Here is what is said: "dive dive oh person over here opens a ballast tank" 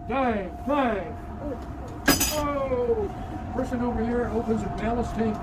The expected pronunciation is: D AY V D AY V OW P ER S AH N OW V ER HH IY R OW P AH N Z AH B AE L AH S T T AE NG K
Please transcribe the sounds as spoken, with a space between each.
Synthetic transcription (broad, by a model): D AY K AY OW P ER S AH N OW V ER HH IY R OW P AH N Z AH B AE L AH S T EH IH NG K